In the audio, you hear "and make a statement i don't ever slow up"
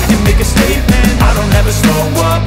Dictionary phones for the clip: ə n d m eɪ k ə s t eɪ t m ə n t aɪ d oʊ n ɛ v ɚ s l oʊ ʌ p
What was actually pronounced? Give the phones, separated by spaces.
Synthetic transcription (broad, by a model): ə m eɪ k ə s t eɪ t m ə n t aɪ d oʊ n ɛ v ɚ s oʊ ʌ